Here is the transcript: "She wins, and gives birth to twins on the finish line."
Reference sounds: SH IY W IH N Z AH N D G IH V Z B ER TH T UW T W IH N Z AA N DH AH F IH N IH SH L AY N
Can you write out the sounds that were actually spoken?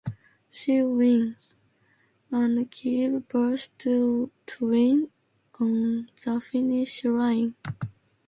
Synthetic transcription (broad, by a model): SH IY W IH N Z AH N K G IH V B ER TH T UW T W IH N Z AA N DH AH F IH N IH SH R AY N